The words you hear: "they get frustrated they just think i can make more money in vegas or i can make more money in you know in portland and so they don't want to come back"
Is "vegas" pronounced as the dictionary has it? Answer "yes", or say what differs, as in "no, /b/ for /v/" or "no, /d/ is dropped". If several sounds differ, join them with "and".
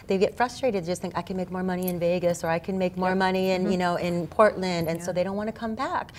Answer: yes